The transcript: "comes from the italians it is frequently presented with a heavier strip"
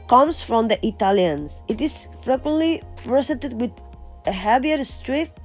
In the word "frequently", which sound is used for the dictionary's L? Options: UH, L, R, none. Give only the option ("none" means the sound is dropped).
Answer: L